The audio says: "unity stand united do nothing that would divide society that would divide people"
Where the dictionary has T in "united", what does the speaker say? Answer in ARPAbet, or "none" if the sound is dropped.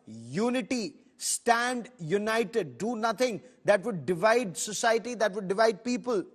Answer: T